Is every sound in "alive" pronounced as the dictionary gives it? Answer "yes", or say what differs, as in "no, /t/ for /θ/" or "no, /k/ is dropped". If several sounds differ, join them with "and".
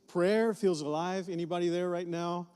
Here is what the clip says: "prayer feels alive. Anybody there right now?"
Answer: yes